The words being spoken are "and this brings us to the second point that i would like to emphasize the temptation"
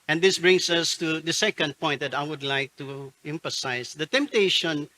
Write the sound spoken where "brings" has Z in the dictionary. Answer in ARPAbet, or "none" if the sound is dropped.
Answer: S